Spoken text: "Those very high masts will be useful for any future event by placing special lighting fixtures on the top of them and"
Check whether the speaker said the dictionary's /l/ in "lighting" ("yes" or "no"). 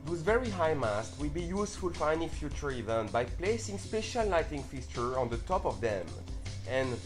no